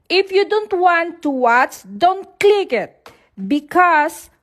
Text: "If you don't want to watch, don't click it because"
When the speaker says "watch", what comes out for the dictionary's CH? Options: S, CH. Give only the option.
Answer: S